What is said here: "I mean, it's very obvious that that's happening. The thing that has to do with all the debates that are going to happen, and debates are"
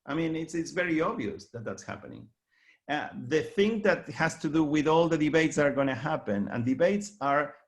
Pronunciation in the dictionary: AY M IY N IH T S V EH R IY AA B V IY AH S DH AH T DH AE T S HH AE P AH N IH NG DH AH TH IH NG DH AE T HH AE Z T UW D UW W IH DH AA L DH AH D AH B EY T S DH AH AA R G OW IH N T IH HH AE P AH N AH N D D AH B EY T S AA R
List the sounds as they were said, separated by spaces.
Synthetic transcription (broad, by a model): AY M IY N IH T S V EH R IY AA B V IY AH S DH AH T DH AE T S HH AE P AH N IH NG DH AH TH IH NG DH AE T HH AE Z T UW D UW W IH DH AA L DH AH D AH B EY T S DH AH AA R G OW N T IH HH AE P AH N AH N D D AH B EY T S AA R